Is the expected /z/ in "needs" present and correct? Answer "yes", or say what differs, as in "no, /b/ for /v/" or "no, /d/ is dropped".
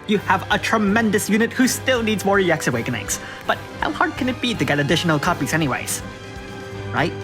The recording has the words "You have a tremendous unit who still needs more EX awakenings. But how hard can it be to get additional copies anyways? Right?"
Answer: yes